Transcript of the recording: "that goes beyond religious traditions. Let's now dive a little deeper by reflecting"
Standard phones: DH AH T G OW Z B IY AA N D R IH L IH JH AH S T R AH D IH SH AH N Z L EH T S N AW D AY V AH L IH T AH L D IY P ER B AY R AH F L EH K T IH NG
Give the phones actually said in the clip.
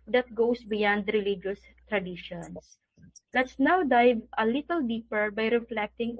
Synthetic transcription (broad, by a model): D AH T G OW S B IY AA N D R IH L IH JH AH S T R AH D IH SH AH N S L EH T S N AW D AY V AH L IH T AH L D IY P ER B AY R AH F L EH K T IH NG